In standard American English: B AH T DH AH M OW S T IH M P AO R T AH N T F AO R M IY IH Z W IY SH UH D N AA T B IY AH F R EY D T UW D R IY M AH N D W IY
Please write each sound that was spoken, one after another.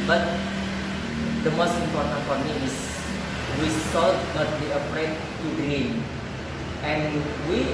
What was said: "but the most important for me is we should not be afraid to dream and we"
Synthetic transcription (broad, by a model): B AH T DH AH M OW S T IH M P AO R T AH N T F AO R M IY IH S W IY S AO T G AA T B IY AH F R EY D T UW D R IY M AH N W IY